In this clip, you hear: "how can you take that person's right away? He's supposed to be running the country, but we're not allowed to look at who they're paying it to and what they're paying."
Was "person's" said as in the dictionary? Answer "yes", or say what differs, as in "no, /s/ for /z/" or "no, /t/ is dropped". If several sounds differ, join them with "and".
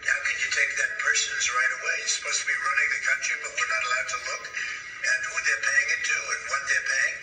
yes